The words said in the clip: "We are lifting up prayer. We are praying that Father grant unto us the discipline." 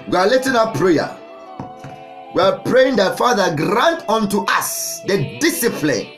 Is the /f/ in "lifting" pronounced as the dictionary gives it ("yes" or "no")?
no